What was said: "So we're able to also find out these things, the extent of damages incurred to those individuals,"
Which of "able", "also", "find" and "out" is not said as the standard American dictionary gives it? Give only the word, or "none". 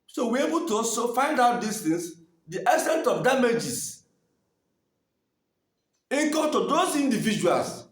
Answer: also